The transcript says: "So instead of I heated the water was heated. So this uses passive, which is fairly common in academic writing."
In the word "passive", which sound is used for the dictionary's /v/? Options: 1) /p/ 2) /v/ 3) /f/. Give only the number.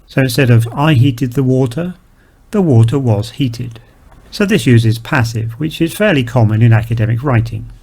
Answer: 2